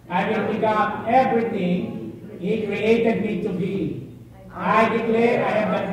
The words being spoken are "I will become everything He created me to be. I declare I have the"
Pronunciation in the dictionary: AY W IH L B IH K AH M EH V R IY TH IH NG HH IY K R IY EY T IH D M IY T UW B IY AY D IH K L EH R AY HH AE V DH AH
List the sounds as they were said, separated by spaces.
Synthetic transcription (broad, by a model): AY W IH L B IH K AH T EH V R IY T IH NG HH IY K R IY EY T IH D M IY T UW B IY AY D IH K L EH R AY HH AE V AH